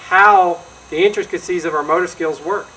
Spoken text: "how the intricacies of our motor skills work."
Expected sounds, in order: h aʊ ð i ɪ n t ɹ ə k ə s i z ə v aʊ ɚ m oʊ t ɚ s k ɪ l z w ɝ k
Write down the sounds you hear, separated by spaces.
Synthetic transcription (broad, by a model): h aʊ ð i ɪ n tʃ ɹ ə k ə s i z ə v aʊ ɚ m oʊ t ɚ s k ɪ l z w ɝ k